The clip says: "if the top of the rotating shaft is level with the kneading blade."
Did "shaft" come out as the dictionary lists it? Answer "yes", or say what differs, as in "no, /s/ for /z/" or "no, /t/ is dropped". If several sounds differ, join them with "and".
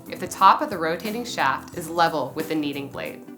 yes